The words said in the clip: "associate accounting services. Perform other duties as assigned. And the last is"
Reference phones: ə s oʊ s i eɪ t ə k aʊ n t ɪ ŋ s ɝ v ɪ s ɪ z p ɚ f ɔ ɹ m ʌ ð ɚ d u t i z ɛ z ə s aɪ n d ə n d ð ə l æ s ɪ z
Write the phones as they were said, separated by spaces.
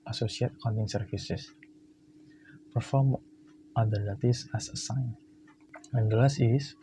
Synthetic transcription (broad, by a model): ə s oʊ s i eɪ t k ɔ n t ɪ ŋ s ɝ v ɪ s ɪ s p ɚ f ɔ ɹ m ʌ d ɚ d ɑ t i s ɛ s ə s aɪ n ə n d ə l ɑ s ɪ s